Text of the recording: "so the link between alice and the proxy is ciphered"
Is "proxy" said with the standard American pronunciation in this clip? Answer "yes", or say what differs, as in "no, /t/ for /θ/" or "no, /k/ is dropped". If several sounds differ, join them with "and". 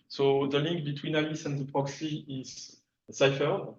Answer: yes